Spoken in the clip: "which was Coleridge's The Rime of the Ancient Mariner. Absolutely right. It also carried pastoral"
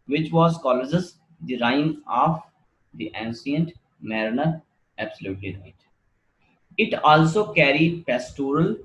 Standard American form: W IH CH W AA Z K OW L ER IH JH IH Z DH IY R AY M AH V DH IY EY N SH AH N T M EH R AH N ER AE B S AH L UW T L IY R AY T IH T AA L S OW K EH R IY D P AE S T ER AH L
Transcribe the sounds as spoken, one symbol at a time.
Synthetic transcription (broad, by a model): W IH CH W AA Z K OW L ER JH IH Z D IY R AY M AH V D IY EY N S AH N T M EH R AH N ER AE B S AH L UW T L IY R AY T IH T AA L S OW K EH R IY D P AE S T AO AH L